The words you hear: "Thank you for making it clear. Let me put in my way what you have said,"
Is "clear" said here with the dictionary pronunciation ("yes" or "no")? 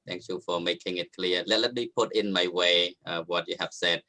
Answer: no